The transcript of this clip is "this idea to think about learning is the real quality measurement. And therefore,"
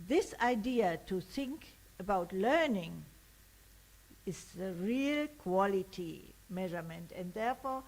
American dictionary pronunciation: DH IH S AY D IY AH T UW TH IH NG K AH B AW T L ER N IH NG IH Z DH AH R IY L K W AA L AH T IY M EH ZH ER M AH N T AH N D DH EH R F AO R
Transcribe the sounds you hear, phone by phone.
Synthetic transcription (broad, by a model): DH IH S AY D IY AH T UW TH IH NG K AH B AW T L ER N IH NG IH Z DH AH R IY L K W AA L AH T IY M EH ZH ER M AH N T AH N D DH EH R F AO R